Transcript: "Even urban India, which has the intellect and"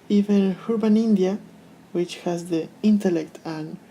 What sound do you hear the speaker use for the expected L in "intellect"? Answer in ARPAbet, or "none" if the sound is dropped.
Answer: L